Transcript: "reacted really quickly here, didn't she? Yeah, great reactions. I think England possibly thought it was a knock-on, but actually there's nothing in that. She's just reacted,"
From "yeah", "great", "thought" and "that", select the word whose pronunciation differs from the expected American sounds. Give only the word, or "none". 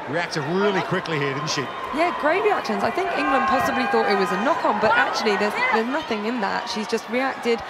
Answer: none